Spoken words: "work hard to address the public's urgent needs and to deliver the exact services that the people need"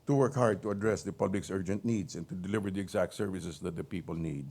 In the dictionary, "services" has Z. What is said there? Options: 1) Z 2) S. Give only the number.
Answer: 2